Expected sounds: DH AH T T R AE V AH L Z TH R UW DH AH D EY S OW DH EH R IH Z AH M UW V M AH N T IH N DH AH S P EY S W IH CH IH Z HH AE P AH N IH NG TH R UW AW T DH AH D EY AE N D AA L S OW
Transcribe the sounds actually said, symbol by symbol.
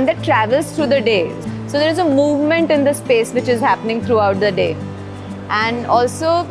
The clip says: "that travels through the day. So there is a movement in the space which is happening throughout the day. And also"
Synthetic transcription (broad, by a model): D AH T T R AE V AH L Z T R UW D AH D EY S OW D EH R IH Z AH M UW V M AH N T IH N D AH S P EY S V IH CH IH Z HH AE P AH N IH NG T R UW AW T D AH D EY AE N D AA L S OW